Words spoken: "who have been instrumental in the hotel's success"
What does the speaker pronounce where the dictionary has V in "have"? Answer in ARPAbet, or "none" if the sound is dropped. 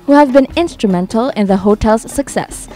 V